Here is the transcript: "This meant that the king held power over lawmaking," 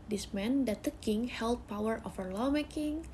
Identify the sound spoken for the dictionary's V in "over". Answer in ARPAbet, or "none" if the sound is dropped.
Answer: F